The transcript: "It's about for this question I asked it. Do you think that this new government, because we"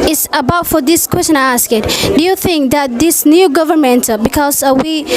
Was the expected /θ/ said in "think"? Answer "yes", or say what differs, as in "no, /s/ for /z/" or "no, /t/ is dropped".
yes